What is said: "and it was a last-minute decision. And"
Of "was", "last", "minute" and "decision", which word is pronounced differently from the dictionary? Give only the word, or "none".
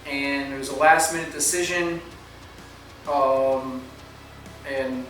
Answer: none